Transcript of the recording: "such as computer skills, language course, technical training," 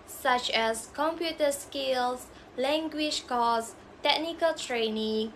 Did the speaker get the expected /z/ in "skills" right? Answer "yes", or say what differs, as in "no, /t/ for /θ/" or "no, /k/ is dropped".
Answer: no, /s/ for /z/